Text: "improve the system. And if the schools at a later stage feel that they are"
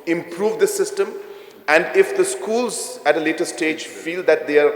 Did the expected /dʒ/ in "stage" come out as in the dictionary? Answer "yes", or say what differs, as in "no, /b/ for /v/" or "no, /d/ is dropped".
yes